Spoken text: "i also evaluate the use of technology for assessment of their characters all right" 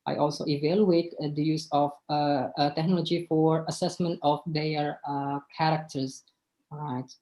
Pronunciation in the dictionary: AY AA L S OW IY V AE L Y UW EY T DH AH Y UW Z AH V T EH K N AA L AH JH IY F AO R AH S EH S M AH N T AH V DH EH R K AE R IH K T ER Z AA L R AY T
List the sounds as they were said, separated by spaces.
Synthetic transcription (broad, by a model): AY AA L S OW IY V AE L Y UW EY T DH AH Y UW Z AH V T EH K N AA L AH JH IY F AO R AH S EH S M AH N T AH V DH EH R K AE R IH K T ER Z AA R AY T